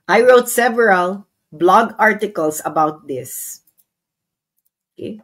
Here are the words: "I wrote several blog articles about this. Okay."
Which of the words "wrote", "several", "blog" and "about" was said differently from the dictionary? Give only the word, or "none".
none